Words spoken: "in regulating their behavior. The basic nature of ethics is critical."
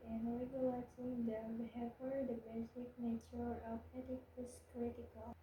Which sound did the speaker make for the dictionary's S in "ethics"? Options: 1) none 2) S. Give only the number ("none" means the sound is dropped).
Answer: 1